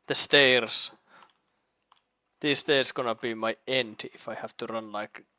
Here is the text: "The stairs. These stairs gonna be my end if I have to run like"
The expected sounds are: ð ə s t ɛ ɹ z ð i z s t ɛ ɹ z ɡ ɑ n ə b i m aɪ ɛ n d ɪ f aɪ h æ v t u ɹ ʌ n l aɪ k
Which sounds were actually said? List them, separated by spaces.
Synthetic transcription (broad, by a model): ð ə s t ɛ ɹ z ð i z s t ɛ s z ɡ ɑ n ə b i m aɪ ɛ n d ɪ f aɪ h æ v t u ɹ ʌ n l aɪ k